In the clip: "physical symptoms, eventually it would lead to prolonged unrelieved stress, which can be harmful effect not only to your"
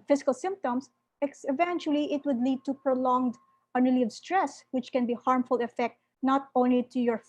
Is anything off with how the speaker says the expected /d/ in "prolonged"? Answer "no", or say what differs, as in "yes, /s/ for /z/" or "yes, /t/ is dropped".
no